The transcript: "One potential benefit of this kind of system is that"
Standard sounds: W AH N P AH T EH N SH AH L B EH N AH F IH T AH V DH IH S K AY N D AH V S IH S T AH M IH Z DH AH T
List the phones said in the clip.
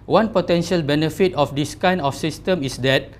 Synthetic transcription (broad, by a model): W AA N P AH T EH N SH AH L B EH N AH F IH T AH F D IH S K AY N AH F S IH S T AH M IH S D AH T